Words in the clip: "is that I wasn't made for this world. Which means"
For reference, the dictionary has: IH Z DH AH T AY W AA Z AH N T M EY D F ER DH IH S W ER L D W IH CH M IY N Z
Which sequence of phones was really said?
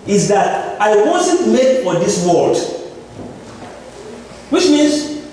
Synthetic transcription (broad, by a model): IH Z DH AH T AY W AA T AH T M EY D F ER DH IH S W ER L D W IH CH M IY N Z